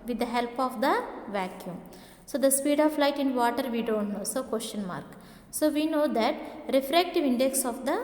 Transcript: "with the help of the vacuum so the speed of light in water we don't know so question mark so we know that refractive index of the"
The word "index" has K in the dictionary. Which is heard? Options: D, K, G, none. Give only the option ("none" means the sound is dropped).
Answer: K